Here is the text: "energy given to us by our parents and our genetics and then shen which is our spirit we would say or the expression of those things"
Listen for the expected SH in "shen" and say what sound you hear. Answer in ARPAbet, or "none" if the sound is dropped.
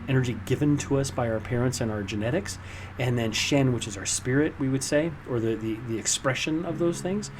SH